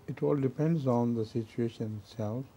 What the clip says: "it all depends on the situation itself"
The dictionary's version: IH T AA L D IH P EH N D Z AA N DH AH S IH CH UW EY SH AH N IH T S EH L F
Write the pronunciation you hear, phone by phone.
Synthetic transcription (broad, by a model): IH T AA L D IH P EH N D Z AA N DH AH S IH CH UW EY SH AH N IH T S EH L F